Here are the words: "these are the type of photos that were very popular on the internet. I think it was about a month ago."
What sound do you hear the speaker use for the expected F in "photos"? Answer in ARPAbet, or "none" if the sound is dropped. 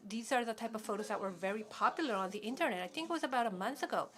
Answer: F